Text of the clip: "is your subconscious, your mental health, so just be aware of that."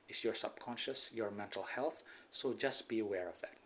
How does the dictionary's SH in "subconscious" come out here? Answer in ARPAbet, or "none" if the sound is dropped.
SH